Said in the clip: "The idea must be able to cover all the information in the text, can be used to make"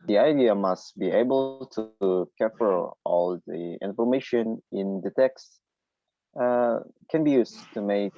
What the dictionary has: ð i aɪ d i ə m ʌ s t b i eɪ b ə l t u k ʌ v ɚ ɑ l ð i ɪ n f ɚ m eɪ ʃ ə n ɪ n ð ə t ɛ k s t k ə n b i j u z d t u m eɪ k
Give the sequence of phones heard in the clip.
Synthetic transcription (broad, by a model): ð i aɪ d i ə m ʌ s t b i eɪ b ə l t u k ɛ f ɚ ɑ l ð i ɪ n f ɚ m eɪ ʃ ə n ɪ n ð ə t ɛ k s t k ə n b i j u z t u m eɪ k